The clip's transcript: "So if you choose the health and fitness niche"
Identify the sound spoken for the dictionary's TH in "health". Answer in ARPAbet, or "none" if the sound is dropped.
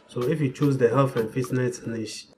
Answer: F